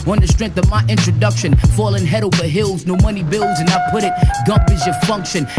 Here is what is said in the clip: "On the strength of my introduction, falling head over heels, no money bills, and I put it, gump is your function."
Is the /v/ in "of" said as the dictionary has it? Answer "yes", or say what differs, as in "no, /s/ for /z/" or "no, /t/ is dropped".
yes